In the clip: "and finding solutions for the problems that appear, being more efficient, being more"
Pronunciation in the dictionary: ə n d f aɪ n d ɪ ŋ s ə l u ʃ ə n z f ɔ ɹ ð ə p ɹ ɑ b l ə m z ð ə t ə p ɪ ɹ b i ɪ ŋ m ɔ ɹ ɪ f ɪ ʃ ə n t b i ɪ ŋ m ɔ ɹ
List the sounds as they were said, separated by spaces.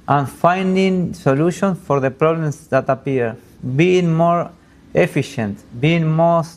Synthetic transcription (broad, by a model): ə n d f aɪ n d ɪ ŋ s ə l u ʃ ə n f ɔ ɹ ð ə p ɹ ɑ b l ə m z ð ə t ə p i ɹ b i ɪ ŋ m ɔ ɹ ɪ f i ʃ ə n t b i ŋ m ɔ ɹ